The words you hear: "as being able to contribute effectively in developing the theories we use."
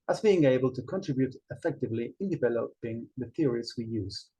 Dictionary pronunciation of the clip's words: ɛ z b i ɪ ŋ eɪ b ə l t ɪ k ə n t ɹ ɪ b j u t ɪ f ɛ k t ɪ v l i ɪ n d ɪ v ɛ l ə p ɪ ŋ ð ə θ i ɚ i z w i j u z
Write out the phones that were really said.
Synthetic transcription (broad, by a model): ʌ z b i ɪ ŋ eɪ b ə l t ɪ k ə n t ɹ ɪ b j u t ɪ f ɛ k t ɪ v l i ɪ n d ɪ v ɛ l ə p ɪ ŋ ð ə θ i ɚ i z w i j u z